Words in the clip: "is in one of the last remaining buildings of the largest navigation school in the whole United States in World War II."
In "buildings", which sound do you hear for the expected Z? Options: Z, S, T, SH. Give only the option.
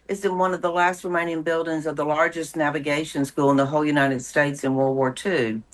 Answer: Z